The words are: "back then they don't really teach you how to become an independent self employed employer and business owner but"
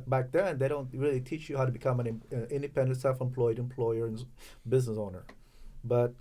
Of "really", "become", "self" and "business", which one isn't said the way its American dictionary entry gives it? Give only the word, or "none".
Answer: none